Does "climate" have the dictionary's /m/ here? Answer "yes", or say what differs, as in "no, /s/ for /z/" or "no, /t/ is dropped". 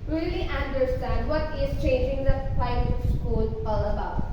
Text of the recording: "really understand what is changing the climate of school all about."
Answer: no, /m/ is dropped